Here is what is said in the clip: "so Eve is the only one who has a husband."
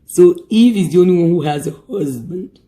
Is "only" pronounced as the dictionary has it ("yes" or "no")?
no